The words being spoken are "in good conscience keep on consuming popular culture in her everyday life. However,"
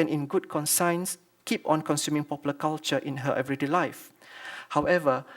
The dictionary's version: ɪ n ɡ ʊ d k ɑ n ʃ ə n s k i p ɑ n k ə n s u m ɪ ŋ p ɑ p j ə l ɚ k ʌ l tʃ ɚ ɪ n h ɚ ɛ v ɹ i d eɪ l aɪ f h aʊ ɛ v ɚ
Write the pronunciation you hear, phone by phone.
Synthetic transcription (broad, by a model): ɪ n ɡ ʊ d k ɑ n s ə n s k i p ɑ n k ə n s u m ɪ ŋ p ɑ p j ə l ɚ k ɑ l tʃ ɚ ɪ n h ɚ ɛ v ɹ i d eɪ l aɪ f h aʊ ɛ v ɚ